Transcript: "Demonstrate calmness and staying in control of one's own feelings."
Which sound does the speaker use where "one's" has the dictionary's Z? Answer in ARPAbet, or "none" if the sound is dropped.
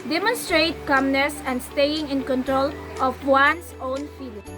S